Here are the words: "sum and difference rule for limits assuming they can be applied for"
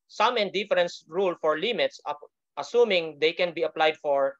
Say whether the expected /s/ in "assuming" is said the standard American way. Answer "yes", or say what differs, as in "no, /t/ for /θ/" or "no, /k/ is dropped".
yes